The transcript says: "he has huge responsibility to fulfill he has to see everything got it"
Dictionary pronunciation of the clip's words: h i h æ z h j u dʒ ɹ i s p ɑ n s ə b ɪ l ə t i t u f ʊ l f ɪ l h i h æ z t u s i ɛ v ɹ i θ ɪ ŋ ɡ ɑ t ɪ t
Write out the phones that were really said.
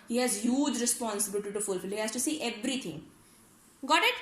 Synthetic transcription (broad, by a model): h i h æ z h j u dʒ ɹ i s p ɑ n s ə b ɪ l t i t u f ʊ l f ɪ l h i h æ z t u s i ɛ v ɹ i t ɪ ŋ ɡ ɑ t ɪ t